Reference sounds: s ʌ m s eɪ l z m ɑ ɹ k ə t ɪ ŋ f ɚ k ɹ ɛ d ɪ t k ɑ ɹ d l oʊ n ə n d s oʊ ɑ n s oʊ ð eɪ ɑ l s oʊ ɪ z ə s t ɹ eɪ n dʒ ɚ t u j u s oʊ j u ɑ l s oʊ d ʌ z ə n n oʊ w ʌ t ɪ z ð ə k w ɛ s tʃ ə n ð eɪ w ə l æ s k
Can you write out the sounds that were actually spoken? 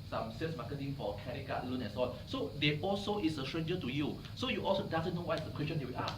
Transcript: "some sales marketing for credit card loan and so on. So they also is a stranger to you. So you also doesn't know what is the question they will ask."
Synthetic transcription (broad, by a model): s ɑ m s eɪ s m ɑ k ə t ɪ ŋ f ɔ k ɛ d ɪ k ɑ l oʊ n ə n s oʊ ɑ l s oʊ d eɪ ɑ l s oʊ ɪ s ə s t ɹ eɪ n dʒ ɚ t u j u s oʊ j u ɑ l s oʊ d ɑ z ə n n oʊ w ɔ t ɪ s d ə k w ɛ s tʃ ə n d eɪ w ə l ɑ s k